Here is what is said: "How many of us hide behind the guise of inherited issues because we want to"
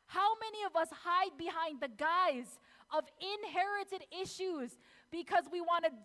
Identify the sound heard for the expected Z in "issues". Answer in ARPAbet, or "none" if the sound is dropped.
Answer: Z